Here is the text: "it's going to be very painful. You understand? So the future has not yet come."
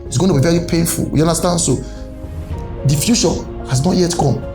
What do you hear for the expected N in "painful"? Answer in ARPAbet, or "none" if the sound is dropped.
N